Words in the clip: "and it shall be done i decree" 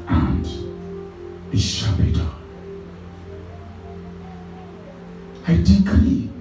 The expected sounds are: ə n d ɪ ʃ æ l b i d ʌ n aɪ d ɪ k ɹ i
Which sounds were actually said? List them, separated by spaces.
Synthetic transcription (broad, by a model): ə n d ɪ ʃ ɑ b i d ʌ aɪ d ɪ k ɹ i